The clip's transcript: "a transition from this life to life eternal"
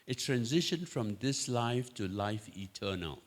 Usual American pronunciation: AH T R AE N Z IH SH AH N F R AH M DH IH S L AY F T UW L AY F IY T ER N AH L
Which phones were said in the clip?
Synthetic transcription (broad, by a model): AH T R AE N Z IH SH AH N F R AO M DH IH S L AY F T UW L AY F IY T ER N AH L